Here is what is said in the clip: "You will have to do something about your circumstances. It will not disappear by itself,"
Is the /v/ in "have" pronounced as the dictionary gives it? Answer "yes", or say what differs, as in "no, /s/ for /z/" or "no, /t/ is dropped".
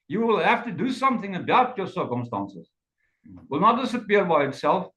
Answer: no, /f/ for /v/